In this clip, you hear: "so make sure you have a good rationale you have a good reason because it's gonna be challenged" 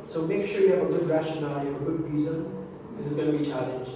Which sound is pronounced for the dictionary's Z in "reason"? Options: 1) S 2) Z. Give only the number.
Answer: 2